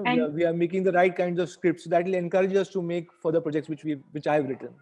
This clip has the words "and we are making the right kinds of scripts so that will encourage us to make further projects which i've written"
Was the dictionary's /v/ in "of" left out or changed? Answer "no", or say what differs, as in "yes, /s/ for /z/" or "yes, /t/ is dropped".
no